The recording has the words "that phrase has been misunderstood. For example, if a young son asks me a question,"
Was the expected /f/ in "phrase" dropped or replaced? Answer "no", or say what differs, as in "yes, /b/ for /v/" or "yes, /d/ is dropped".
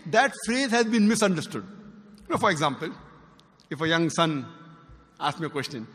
no